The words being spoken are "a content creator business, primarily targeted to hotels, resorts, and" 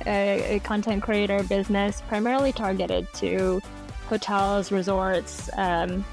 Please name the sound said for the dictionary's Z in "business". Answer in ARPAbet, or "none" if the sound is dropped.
Z